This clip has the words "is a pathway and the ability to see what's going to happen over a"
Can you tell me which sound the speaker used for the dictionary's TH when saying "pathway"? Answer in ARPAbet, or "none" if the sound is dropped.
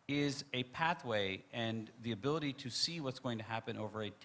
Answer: TH